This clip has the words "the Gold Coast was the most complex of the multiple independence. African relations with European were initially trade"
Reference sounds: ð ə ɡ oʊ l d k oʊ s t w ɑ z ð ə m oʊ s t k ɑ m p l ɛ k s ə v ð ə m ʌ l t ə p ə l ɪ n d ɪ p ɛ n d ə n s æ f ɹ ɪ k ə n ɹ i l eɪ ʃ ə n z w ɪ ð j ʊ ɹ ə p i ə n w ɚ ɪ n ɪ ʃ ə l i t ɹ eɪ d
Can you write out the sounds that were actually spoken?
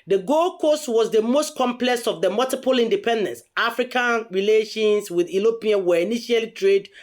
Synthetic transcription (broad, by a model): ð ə ɡ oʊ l k oʊ s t w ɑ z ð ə m oʊ s t k ɑ m p l ɛ k s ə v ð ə m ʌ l t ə p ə l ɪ n d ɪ p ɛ n d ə n s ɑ f ɹ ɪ k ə n ɹ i l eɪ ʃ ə n s w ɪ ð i l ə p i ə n w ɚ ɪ n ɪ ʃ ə l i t ɹ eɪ d